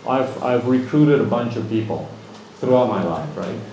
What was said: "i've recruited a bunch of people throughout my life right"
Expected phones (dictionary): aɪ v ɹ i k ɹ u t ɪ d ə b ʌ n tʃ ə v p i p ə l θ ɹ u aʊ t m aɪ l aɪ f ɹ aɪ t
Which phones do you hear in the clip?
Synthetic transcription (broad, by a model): aɪ v ɹ i k ɹ u t ɪ d ə b ʌ n tʃ ə v p i p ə l θ ɹ u aʊ t m aɪ l aɪ f ɹ aɪ t